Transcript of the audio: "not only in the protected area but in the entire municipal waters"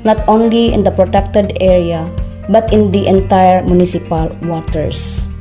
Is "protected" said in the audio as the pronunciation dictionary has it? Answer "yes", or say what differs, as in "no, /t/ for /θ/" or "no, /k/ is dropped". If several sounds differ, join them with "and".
yes